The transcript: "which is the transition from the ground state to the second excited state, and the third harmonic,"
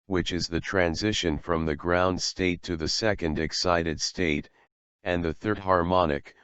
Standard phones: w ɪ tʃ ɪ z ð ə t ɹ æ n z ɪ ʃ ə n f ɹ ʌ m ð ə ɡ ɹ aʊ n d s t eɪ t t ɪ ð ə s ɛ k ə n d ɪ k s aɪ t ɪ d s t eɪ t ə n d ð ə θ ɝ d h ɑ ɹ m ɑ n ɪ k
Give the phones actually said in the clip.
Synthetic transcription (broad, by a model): w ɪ tʃ ɪ z ð ə t ɹ æ n z ɪ ʃ ə n f ɹ ʌ m ð ə ɡ ɹ aʊ n d s t eɪ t t ɪ ð ə s ɛ k ə n d ɪ k s aɪ t ɪ d s t eɪ t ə n ð ə θ ɝ d h ɑ ɹ m ɑ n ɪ k